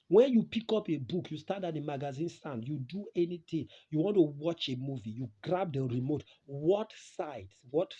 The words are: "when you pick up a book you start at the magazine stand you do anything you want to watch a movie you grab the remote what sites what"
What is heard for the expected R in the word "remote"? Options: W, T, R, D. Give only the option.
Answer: R